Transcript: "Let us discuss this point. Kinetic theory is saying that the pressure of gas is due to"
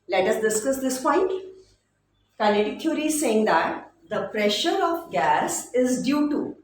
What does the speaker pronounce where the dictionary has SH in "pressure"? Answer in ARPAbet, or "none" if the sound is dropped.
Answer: SH